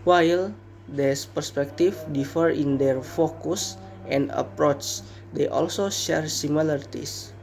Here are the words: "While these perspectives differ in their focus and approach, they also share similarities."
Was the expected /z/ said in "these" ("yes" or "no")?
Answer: no